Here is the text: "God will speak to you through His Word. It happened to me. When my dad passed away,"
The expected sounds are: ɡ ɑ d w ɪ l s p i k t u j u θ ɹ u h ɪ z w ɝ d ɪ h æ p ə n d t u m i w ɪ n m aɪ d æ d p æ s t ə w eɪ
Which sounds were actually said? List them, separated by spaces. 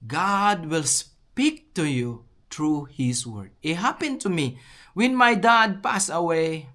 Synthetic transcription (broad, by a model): ɡ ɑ d w ɪ l s p i k t u j u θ ɹ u h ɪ s w ɝ d ɪ h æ p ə n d t u m i w ɪ n m aɪ d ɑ d p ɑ s ə w eɪ